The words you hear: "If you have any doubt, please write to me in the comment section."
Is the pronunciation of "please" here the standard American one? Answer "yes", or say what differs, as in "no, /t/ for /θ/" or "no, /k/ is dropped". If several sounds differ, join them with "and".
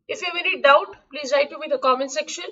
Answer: yes